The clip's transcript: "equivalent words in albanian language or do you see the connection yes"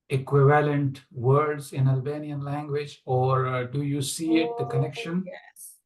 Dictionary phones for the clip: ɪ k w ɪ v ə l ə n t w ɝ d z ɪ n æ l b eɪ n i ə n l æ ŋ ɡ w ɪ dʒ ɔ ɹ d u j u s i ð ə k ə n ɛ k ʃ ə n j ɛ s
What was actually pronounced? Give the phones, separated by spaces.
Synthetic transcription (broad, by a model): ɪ k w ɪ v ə l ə n t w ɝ d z ɪ n æ l b eɪ n i ə n l æ ŋ ɡ w ɪ dʒ ɔ ɹ d u j u s i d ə k ə n ɛ k ʃ ə n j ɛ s